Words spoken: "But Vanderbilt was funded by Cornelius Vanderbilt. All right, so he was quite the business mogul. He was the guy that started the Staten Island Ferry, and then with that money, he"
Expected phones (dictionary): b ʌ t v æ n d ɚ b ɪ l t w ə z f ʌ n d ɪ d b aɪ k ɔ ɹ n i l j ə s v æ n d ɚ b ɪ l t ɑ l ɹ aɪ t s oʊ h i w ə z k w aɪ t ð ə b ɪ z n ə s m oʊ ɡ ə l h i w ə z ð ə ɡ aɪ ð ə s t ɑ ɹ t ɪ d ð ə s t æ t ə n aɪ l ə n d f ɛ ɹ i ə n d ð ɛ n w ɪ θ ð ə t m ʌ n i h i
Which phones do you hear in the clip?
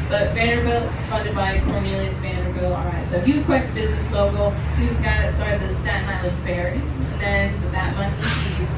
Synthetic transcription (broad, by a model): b ʌ t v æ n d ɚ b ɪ l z f ʌ n d ɪ d b aɪ k ɔ ɹ n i l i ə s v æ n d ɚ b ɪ l ɑ l ɹ aɪ t s oʊ h i w ə z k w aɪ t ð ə b ɪ z n ə s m oʊ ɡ l h i w ə z ɡ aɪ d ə s t ɑ ɹ t ɪ d ð ə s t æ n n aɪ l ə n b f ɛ ɹ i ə n ð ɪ n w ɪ ð ə t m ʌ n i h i